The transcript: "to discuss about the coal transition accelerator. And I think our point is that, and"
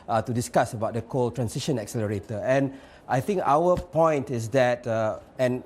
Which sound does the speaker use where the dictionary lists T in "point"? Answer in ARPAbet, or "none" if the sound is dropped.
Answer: T